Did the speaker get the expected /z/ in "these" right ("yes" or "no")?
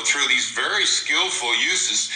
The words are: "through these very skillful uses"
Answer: yes